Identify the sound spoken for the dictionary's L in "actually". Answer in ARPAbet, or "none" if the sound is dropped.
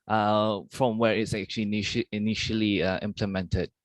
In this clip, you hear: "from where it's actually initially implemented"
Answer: N